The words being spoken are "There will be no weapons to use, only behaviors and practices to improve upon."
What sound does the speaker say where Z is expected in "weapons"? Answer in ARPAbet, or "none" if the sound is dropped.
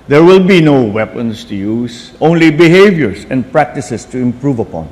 S